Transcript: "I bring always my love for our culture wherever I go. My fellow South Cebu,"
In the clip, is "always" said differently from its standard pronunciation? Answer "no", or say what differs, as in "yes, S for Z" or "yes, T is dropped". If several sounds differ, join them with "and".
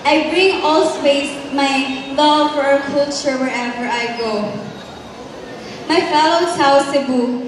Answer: yes, S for Z